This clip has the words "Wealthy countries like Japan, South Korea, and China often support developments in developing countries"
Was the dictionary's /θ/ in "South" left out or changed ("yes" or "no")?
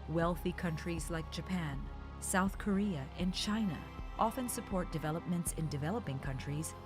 no